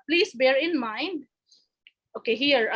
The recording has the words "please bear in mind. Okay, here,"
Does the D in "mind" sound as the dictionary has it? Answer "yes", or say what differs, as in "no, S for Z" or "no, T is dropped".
yes